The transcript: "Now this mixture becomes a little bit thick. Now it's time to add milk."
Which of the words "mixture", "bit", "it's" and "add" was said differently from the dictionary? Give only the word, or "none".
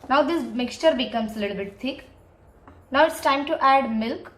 none